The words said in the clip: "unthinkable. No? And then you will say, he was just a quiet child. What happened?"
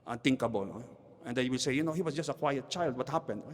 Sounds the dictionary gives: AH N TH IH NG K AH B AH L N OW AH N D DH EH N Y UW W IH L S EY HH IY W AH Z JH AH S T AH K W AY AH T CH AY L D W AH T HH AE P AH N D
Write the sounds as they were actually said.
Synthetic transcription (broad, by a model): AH N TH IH NG K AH B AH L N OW AH N D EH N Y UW W IH L S EY HH IY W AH S JH AH S T AH K W AY AH T CH AY L D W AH T HH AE P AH N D